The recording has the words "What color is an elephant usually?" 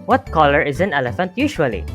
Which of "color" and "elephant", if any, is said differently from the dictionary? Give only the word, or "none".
none